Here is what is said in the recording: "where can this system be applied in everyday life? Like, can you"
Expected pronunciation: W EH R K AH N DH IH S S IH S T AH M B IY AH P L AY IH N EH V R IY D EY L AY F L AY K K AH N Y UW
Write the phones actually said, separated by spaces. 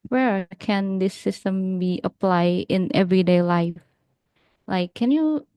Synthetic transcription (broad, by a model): W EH R K AH N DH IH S S IH S T AH M B IY AH P L AY IH N EH V R IY D EY L AY F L AY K K AH N Y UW